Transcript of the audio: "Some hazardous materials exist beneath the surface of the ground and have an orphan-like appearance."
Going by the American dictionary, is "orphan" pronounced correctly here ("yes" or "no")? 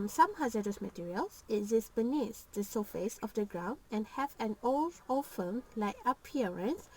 no